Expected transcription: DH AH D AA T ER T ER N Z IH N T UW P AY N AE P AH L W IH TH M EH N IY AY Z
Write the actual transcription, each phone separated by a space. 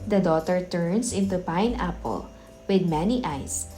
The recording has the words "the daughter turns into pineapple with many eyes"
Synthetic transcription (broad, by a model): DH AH D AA T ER T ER N S IH N T UW P AY N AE P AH L W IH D M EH N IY AY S